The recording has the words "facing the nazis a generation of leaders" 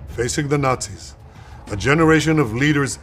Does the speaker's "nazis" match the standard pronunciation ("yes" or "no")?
yes